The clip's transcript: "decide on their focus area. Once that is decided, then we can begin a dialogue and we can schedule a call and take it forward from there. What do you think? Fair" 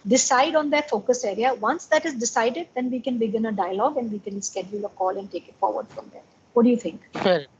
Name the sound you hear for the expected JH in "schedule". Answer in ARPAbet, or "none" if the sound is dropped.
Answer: JH